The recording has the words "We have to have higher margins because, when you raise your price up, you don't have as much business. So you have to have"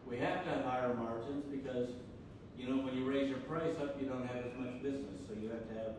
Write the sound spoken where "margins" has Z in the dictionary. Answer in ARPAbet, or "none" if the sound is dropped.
Z